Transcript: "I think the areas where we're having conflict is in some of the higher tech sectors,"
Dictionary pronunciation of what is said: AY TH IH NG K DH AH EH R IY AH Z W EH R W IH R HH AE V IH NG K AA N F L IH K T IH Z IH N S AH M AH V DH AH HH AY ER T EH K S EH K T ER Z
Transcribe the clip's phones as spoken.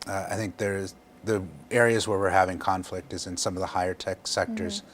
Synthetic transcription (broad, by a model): AY TH IH NG K DH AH EH R IY AH Z W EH R W IH R HH AE V IH NG K AA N F L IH K T IH Z IH N S AH M AH V DH AH HH AY ER T EH K S EH K T ER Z